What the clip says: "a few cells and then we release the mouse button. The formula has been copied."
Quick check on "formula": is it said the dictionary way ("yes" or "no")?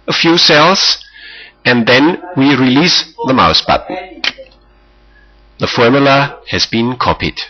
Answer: yes